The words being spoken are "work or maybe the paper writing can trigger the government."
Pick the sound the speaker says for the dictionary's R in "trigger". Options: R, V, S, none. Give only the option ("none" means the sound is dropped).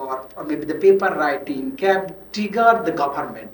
none